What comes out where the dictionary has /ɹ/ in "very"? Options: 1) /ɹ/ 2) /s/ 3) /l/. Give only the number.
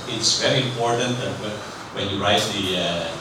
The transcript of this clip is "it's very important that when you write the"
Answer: 1